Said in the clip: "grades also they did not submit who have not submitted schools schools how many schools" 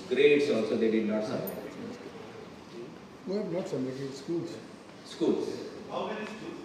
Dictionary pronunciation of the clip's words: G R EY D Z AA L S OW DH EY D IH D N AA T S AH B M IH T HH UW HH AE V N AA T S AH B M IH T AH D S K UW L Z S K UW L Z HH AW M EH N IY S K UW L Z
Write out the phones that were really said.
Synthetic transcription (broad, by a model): G R EY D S AA L S OW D EY D IH D N AA T S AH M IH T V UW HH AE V N AA T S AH M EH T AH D S K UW L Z S K UW L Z HH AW M EH N IY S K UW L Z